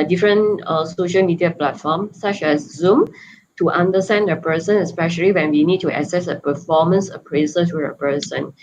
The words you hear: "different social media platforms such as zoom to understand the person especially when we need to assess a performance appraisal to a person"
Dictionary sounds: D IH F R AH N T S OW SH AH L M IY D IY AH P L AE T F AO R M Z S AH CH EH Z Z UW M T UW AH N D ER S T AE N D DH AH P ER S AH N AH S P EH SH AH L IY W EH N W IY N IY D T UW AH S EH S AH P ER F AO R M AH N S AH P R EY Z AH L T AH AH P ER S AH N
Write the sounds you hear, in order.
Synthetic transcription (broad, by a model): D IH F R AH N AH S OW SH AH L M IY D IY AH P L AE T F AO M S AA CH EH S Z UW M T UW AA N D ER S T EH N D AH P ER S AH N AH S P EH SH AH L IY W EH N W IY N IY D T UW AH S EH S AH P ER F AO M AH N S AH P R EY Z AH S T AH AH P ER S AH N